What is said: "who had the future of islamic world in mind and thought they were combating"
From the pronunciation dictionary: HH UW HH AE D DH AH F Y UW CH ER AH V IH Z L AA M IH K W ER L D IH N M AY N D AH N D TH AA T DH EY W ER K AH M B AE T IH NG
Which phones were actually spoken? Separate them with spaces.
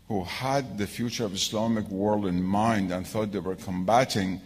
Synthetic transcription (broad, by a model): HH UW HH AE D DH AH F Y UW CH ER AH V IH S L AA M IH K W ER L D IH N M AY N D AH N TH AA T DH EY W ER K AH M B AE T IH NG